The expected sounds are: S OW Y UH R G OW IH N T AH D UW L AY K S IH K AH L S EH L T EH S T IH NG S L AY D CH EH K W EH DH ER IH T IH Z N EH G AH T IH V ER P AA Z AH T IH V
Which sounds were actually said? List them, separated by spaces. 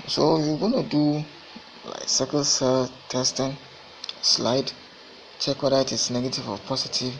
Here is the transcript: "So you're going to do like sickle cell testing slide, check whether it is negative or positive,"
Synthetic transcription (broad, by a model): S OW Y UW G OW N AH D UW L AY K S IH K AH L S EH L T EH S T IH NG S L AY D CH EH K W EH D IH T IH S N EH G AH T IH V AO P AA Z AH T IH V